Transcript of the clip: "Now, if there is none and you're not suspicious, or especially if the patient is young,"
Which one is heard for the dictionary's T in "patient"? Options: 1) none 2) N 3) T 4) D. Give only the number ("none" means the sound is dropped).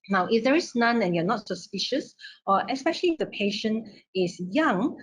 1